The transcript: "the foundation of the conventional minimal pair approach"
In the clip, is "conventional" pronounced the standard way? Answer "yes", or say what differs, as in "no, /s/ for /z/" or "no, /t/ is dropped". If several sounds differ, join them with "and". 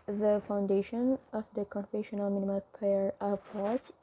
no, /f/ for /v/ and /n/ is dropped